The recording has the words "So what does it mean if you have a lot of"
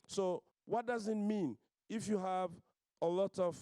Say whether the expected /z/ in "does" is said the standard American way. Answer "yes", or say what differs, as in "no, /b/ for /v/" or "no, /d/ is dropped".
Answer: yes